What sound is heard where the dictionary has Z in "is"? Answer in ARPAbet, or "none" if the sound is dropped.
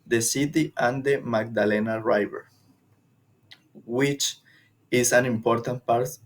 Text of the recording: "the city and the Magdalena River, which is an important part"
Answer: S